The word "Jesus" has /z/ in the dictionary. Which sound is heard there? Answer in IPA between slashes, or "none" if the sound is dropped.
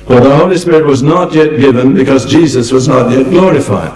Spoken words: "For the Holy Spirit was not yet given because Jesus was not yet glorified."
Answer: /z/